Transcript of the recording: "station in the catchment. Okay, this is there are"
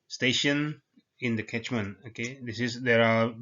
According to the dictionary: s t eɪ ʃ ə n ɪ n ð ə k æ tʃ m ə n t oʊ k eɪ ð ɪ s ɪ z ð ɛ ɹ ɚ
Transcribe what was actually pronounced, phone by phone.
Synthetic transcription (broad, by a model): s t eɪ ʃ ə n ɪ n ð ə k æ tʃ m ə n oʊ k eɪ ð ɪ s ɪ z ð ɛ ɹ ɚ